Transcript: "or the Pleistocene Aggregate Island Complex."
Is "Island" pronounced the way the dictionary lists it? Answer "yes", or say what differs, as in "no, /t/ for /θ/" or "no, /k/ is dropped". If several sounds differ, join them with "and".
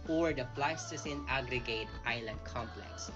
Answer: yes